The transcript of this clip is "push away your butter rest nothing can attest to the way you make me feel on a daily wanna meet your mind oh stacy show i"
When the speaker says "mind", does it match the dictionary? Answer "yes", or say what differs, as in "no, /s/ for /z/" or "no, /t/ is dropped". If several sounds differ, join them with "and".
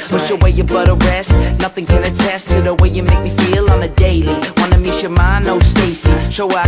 no, /d/ is dropped